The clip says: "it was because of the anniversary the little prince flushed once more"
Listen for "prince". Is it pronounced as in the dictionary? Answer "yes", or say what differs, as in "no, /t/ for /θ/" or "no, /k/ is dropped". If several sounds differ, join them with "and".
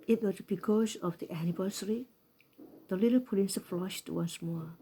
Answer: no, /l/ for /ɹ/